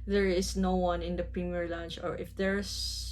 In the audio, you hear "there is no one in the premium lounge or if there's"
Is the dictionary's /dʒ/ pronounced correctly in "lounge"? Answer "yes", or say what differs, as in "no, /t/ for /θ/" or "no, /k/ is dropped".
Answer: no, /tʃ/ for /dʒ/